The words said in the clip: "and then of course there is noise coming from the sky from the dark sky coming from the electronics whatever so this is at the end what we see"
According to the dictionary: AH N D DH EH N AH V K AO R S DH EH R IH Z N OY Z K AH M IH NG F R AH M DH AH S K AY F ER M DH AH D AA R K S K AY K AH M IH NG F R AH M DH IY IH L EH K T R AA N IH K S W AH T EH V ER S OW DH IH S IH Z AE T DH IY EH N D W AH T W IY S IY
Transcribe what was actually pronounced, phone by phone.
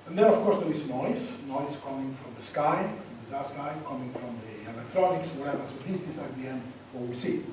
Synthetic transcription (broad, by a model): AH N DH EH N AH V K AO R S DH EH W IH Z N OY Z K AH M IH NG F R AH M DH AH S K AY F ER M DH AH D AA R S K AY K AH M IH NG F R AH M DH IY IH L EH K T R AA N IH K S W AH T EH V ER S OW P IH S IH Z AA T DH IY EH N D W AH W IY S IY